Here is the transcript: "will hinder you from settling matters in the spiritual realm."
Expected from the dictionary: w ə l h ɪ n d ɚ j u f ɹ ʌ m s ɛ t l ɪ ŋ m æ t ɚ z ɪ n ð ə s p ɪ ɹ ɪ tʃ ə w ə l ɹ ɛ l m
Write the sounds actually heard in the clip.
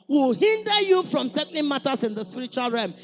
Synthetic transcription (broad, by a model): w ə l h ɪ n d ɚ j u f ɹ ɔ m s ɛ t n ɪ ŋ m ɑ t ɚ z ɪ n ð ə s p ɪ ɹ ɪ tʃ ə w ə l ɹ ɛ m